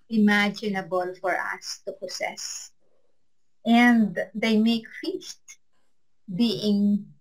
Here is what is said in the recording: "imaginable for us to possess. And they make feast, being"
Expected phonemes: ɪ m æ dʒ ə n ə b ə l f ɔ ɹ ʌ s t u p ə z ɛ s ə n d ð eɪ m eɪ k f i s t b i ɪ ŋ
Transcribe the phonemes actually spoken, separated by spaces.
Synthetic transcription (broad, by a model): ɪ m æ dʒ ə n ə b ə l f ɔ ɹ ʌ s t u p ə s ɛ s ə n d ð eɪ m eɪ k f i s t b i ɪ ŋ